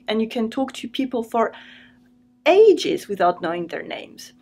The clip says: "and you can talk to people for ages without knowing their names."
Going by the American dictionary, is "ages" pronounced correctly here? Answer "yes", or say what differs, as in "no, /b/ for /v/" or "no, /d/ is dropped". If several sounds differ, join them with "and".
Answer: yes